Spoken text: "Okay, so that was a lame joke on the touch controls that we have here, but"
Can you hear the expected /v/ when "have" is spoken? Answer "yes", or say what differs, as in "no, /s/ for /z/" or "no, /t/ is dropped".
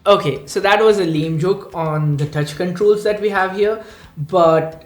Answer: yes